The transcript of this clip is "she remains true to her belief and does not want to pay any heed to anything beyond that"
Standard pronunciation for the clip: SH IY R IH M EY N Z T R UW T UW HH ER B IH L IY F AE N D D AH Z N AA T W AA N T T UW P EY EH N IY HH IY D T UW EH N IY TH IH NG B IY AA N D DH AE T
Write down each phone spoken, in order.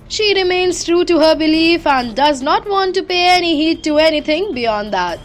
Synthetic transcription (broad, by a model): SH IY R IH M EY N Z T R UW T UW HH ER B IH L IY F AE N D D AH Z N AA T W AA N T T UW P EY EH N IY HH IY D T UW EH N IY T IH NG B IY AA N D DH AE T